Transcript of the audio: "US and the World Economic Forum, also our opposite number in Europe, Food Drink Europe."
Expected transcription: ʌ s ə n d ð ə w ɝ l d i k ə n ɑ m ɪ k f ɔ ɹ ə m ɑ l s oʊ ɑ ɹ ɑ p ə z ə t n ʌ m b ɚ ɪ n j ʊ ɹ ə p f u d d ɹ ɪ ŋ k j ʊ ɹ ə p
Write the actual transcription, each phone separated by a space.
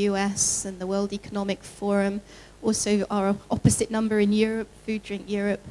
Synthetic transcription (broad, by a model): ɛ s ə n ð ə w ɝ l d i k ə n ɑ m ɪ k f ɔ ɹ ə m ɑ l s oʊ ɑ ɹ ɑ p ə z ə t n ʌ m b ɚ ɪ n j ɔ ɹ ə p f u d d ɹ ɪ ŋ k j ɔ ɹ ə p